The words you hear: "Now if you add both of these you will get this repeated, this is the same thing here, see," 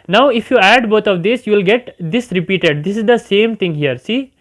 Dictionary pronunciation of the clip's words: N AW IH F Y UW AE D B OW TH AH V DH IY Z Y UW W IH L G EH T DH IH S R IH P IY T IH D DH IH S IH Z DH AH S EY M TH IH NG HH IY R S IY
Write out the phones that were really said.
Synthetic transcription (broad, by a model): N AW IH F Y UW AE D B OW T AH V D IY S Y UW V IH L G EH T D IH S R IH P IY T IH D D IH S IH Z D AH S EY M T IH NG HH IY R S IY